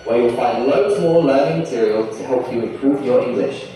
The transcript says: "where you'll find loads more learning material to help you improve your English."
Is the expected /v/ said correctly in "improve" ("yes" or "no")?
yes